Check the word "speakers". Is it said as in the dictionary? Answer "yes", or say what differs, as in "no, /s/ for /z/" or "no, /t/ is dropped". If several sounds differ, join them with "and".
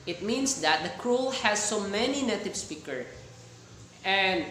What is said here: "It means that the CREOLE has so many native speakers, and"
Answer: no, /z/ is dropped